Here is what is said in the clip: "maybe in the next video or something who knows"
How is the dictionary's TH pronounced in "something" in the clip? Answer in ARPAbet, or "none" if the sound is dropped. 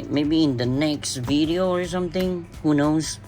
TH